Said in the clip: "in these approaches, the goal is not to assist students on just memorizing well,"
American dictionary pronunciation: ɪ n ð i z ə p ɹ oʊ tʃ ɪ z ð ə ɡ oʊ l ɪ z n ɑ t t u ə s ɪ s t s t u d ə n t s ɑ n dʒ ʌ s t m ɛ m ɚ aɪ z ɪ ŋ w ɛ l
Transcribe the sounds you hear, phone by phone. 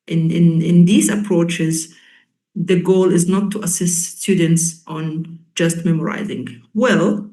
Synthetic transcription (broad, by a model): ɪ n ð i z ə p ɹ oʊ tʃ ɪ z ð ə ɡ oʊ l ɪ z n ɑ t t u ə s ɪ s t s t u d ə n t s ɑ n dʒ ʌ s t m ɛ m ɚ aɪ z ɪ ŋ w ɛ l